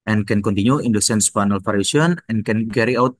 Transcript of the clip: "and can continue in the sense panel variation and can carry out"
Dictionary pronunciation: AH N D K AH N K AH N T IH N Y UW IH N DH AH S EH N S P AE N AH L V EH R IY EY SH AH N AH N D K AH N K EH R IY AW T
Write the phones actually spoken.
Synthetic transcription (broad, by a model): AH N K AH N K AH N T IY N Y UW IH N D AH S EH N S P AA N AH L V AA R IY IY AH N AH N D K AH N K EH R IY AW T